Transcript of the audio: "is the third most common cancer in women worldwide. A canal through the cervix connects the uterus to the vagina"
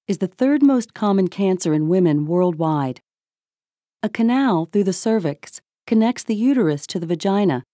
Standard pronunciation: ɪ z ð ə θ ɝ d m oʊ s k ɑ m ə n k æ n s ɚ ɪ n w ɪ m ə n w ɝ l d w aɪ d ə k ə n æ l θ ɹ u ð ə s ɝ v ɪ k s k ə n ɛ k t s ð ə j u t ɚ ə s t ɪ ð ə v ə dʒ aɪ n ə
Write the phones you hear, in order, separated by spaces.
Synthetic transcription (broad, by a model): ɪ z ð ə θ ɝ d m oʊ s k ɑ m ə n k æ n s ɚ ɪ n w ɪ m ə n w ɝ l d w aɪ d ə k ə n æ l θ ɹ u ð ə s ɝ v ɪ k s k ə n ɛ k t s ð ə j u t ɚ ə s t ɪ ð ə v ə dʒ aɪ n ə